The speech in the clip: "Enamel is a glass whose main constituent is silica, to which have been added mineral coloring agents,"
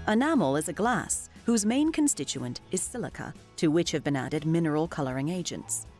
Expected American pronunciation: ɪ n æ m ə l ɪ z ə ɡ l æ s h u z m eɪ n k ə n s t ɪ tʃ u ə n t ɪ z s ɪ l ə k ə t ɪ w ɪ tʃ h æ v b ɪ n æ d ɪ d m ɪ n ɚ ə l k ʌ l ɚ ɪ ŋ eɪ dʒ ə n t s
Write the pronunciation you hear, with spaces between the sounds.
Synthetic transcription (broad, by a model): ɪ n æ m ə l ɪ z ə ɡ l æ s h u z m eɪ n k ə n s t ɪ tʃ u ə n t ɪ z s ɪ l ə k ə t ɪ w ɪ tʃ h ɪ v b ɪ n æ d ɪ d m ɪ n ɚ ə l k ʌ l ɚ ɪ ŋ eɪ dʒ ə n t s